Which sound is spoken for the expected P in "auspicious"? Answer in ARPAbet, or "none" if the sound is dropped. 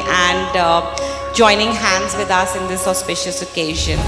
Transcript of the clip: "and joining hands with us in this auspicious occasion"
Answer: P